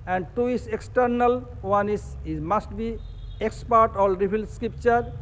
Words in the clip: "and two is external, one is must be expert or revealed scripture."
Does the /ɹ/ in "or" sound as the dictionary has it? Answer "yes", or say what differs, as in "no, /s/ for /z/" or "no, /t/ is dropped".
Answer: no, /l/ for /ɹ/